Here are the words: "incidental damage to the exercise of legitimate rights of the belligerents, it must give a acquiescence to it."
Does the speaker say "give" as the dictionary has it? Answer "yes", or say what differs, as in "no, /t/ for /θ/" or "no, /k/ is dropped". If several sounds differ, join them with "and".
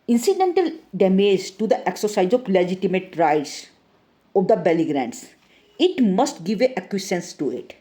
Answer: yes